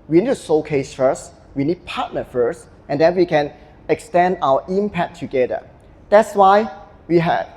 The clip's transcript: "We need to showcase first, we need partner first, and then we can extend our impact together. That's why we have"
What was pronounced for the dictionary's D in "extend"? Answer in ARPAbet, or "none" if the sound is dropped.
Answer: D